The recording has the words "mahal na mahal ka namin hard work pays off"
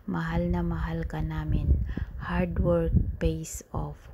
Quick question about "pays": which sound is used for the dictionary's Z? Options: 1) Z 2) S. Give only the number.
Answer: 2